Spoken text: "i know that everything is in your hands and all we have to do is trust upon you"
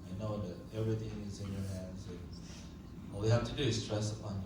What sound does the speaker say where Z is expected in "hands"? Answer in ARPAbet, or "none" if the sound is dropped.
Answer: Z